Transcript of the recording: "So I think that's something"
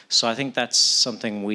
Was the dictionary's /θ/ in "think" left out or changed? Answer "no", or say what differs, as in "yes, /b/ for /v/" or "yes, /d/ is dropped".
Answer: no